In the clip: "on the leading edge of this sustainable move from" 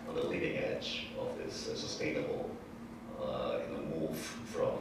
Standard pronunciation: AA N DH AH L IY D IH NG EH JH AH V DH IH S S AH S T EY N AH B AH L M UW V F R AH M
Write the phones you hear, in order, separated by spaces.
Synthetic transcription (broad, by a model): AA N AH L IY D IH NG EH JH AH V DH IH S S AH S T EY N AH B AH N M UW V F R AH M